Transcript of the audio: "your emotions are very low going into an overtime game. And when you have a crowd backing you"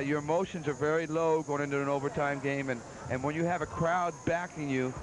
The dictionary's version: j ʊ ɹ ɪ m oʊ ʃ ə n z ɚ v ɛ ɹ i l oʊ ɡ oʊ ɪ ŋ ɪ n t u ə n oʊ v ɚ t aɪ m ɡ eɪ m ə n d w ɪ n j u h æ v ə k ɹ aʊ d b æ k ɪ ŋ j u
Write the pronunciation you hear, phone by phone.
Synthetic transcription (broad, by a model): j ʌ ɹ ɪ m oʊ ʃ ə n z ɚ v ɛ ɹ i l oʊ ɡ oʊ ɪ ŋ ɪ n t u ə n oʊ v ɚ t aɪ m ɡ eɪ m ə n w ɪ n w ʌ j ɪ v ə k ɹ aʊ d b æ k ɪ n j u